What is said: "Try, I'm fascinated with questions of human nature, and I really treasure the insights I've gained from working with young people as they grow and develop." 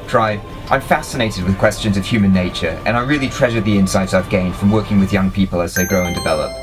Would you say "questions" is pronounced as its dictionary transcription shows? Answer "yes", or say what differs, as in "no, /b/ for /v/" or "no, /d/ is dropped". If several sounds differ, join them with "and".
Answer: yes